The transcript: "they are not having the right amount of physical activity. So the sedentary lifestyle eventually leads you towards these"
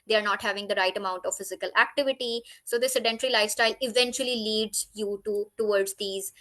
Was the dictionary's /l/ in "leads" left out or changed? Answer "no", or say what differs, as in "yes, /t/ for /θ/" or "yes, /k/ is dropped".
no